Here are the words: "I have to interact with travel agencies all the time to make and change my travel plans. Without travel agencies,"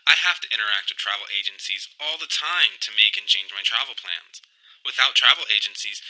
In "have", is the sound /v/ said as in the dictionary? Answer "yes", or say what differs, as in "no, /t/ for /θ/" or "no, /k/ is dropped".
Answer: no, /f/ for /v/